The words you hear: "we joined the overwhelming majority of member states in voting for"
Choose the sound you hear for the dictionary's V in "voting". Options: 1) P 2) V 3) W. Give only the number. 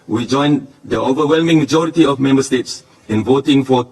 2